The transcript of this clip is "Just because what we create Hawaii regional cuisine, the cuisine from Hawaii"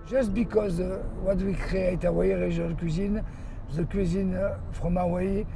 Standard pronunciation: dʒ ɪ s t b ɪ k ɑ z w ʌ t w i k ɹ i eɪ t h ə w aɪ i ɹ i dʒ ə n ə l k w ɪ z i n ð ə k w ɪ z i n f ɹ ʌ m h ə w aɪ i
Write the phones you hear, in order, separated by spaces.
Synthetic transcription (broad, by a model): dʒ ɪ s t b ɪ k ɑ z w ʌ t w i k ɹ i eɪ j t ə w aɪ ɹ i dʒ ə l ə k w ɪ z i n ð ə k w ɪ z i n f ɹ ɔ m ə w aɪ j